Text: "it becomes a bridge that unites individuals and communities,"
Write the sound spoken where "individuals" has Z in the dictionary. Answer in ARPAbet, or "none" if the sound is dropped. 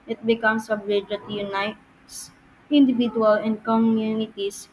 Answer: none